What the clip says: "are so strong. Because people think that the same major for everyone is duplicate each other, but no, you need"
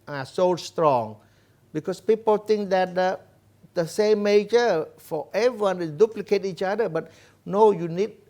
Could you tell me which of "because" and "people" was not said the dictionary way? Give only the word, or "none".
because